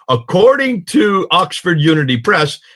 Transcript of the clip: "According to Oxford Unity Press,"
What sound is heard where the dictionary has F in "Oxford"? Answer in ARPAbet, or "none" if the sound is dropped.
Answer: F